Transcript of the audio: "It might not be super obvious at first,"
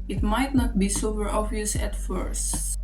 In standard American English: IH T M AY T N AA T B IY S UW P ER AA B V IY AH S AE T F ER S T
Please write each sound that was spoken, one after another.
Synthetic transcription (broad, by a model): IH T M AY T N AA T B IY S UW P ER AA V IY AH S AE T F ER S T